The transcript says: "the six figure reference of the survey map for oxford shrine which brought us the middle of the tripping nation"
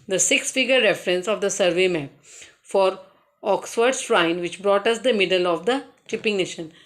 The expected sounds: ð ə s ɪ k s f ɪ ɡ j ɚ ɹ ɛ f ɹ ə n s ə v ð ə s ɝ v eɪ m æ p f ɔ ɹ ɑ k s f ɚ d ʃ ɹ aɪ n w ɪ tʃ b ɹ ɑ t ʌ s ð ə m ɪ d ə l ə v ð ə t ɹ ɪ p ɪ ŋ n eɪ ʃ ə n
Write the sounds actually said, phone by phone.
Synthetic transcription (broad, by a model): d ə s ɪ k s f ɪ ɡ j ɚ ɹ ɛ f ɹ ə n s ə v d ə s ɝ v eɪ m æ p f ɔ ɹ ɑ k s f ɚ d s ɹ aɪ n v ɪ tʃ b ɹ ɑ t ʌ s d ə m ɪ d ə l ə v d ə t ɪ p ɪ ŋ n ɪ ʃ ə n